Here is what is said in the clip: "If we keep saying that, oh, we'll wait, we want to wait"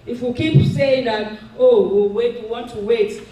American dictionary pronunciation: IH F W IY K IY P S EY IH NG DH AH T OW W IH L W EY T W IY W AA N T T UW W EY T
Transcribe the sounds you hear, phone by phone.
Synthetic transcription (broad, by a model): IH F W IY K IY B S EY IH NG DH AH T OW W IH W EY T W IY W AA N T T UW W EY T